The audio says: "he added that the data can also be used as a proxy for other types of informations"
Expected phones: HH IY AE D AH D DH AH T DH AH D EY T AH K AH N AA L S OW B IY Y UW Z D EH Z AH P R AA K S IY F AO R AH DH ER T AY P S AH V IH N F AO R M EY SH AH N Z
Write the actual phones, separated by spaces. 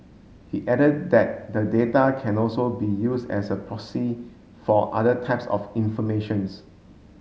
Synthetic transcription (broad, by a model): HH IY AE D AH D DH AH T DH AH D EY T AH K AH N AA L S OW B IY Y UW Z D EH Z AH P R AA S IY F AO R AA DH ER T AY P S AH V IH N F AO M EY SH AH N S